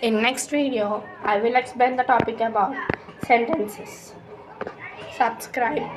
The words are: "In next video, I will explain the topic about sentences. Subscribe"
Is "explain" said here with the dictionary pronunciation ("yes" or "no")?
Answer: no